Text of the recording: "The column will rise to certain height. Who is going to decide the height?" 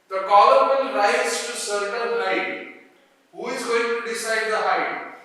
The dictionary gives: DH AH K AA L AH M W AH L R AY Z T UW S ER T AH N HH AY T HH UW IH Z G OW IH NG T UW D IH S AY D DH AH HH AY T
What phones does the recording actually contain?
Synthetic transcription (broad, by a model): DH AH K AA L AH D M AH N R AY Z T UW S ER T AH L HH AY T HH UW IH Z G OW IH NG T UW D IH S AY D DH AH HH AY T